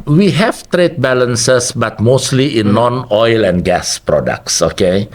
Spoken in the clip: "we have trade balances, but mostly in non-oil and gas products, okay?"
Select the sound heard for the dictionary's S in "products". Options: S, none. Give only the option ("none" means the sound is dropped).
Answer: S